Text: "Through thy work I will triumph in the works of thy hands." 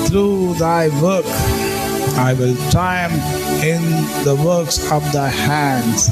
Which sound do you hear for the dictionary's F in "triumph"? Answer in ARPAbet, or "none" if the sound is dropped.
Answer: none